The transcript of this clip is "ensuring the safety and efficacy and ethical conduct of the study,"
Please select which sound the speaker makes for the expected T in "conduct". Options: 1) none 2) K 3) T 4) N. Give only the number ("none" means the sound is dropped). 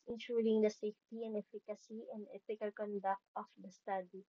3